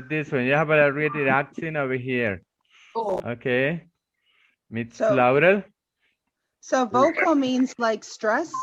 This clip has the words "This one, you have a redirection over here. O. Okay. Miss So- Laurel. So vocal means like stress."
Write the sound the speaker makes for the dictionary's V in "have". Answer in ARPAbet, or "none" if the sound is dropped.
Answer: B